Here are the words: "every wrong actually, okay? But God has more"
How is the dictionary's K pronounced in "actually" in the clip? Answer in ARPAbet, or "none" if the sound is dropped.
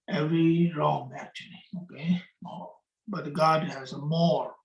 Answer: K